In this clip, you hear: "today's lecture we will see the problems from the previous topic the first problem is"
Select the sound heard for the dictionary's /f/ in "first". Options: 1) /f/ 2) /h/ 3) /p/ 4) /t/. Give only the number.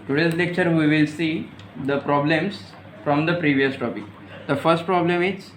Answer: 1